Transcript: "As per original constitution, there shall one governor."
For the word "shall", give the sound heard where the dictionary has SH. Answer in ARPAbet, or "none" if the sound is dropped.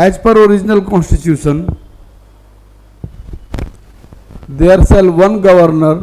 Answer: S